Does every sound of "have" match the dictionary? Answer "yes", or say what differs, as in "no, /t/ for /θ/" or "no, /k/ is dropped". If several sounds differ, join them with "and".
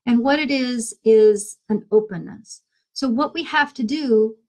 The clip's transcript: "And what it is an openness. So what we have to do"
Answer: no, /f/ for /v/